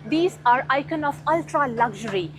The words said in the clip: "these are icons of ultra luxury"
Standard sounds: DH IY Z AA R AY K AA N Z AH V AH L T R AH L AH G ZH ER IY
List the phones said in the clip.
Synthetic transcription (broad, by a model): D IY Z AA R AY K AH N AH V AH L T R AH L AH G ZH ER IY